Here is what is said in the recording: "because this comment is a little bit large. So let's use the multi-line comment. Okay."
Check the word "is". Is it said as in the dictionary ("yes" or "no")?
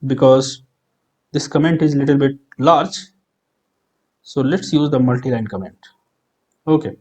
yes